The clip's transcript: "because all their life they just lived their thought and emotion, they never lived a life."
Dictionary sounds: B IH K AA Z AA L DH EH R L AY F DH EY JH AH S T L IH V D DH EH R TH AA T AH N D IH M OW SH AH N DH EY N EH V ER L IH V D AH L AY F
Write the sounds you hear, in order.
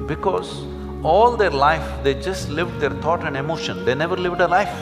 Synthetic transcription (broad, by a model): B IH K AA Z AA L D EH R L AY F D EY JH AH S T L IH V D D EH R T AA T AH N D IH M OW SH AH N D EY N EH V ER L IH V D AH L AY F